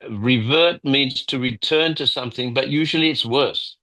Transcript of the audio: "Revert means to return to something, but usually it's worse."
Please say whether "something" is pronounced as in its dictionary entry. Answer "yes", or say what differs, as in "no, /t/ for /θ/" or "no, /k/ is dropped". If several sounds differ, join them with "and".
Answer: yes